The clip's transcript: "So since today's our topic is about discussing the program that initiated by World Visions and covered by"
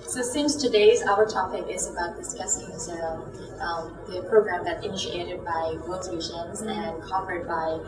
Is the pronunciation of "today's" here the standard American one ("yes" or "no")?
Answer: yes